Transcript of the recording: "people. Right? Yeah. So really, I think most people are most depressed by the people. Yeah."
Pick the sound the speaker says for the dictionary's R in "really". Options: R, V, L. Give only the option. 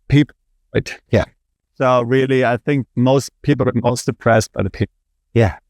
R